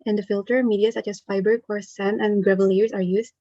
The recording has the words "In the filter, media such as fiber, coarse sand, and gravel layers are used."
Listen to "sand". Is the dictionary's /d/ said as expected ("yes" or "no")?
no